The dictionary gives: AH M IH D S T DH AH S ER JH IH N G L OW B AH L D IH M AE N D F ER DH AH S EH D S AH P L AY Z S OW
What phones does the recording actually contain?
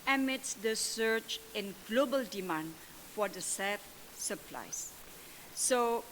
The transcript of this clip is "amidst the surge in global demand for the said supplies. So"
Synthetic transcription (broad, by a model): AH M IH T S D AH S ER CH IH N G L OW B AH L D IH M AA N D F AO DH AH S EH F S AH P L AY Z S OW